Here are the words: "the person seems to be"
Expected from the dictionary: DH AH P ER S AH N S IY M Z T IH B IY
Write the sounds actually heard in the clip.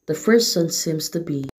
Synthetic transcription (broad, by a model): DH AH F ER S AH N S IY M Z T IH B IY